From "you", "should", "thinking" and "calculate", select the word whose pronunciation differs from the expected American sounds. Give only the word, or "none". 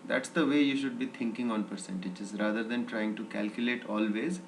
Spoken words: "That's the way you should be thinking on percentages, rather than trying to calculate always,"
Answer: thinking